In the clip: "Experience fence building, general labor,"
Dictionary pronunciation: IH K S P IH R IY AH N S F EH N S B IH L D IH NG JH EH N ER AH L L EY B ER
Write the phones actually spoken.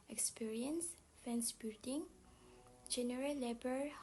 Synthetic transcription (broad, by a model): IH K S P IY R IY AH N S F EH N S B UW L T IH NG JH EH N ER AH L L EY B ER